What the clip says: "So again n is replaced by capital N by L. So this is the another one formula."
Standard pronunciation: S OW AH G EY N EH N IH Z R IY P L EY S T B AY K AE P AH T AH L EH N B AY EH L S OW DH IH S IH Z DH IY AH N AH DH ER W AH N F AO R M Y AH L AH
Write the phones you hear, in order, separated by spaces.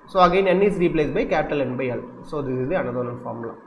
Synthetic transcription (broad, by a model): S OW AH G EY N EH N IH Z R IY P L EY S B AY K AE P AH T AH L EH N B AY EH L S OW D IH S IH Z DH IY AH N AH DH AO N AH L F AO R M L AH